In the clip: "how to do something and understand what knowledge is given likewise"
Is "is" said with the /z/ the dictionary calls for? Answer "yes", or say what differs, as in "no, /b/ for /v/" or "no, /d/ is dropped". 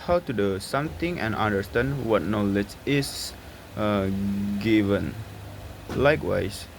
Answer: no, /s/ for /z/